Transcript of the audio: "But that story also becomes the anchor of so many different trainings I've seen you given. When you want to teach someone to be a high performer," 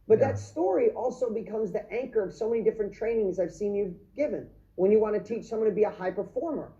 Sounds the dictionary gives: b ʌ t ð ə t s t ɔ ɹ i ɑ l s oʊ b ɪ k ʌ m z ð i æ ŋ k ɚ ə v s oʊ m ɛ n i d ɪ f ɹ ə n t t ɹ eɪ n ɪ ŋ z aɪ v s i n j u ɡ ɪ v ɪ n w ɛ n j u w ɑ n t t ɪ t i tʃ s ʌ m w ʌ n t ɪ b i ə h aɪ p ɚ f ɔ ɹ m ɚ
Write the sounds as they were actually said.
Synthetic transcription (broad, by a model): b ʌ t ð ə t s t ɔ ɹ i ɑ l s oʊ b ɪ k ʌ m z ð i æ ŋ k ɚ ə v s oʊ m ɛ n i d ɪ f ɹ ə n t t ɹ eɪ n ɪ ŋ z aɪ v s i n j u ɡ ɪ v ɪ n w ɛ n j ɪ w ɑ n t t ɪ t i tʃ s ʌ m w ʌ n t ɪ b i ə h aɪ p ɚ f ɔ ɹ m ɚ